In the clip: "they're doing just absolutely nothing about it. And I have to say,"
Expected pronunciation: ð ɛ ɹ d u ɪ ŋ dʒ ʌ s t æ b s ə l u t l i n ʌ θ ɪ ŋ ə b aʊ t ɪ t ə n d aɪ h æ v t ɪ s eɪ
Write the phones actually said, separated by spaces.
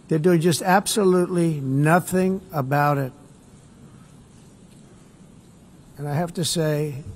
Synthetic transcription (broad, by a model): ð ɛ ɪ d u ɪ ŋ dʒ ʌ s t æ b s ə l u t l i n ʌ θ ɪ ŋ ə b aʊ t ɪ t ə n aɪ h æ f t ɪ s eɪ